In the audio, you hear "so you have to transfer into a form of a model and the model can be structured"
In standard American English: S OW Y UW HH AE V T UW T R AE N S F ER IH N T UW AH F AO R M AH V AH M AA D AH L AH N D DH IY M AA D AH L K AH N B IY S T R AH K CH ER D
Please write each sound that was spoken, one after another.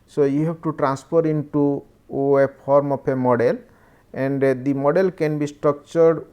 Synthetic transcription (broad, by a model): S OW Y UW HH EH B T UW T R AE N S P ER IH N T UW AH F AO R M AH P AH M AA D AH L AH N D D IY M AA D AH L K AH N B IY S T R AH K CH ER D